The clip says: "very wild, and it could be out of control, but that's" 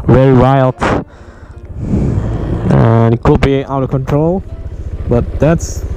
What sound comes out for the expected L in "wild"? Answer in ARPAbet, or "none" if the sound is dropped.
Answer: L